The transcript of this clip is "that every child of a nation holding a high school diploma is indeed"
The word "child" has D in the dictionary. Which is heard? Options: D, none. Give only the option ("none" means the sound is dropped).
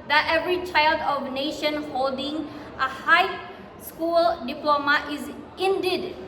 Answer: D